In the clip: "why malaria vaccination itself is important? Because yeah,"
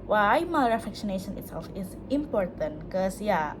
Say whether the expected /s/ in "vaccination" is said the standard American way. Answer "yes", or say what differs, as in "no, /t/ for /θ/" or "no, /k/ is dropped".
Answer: no, /ʃ/ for /s/